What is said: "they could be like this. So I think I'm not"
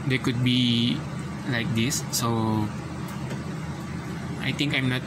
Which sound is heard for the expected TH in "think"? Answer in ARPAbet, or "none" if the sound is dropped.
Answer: T